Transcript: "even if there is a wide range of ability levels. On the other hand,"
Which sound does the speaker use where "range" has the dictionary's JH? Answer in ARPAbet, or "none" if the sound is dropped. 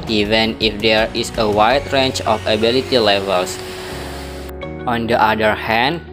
CH